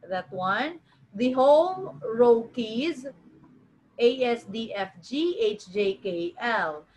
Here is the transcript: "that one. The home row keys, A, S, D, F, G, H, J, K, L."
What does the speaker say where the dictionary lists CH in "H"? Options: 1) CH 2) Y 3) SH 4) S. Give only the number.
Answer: 1